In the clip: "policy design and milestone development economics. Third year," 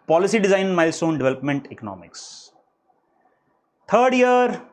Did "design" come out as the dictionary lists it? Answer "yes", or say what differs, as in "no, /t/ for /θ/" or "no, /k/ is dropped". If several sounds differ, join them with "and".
no, /n/ is dropped